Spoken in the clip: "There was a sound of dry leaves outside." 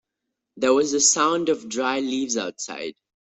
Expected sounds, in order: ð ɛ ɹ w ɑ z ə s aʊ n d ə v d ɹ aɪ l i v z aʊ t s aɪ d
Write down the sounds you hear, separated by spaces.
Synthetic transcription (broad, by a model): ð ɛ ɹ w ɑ z ə s aʊ n d ə v d ɹ aɪ l i v z aʊ t s aɪ d